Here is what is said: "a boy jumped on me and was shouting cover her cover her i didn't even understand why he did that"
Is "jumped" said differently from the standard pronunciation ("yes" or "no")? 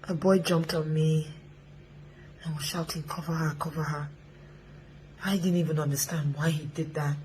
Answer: no